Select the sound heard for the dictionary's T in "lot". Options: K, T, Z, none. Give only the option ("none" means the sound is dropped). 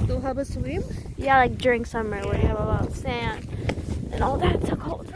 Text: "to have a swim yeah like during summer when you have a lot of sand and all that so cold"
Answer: none